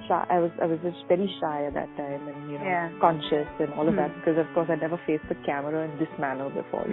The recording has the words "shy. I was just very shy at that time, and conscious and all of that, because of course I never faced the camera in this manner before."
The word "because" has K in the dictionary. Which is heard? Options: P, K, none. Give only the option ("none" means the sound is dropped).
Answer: K